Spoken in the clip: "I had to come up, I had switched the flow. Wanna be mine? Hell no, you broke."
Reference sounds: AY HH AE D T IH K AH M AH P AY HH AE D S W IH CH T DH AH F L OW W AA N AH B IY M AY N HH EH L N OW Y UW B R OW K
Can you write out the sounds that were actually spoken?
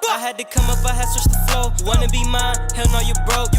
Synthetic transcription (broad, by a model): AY HH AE D T IH K AH M AH P AY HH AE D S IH S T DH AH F OW W AA N AH B IY M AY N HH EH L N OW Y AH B R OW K